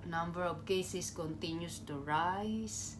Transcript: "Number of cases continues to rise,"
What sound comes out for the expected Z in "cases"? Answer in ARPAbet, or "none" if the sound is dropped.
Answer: S